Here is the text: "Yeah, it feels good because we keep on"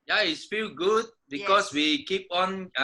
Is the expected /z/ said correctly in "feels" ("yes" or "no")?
no